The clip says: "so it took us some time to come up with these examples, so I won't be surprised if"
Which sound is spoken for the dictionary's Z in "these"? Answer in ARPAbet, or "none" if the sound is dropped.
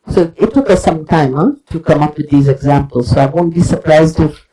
Z